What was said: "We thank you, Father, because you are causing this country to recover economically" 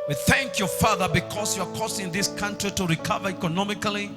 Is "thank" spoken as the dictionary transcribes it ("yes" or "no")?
yes